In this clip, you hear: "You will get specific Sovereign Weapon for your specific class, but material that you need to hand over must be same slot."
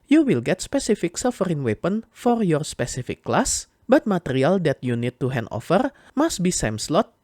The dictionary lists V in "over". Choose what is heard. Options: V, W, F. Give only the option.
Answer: F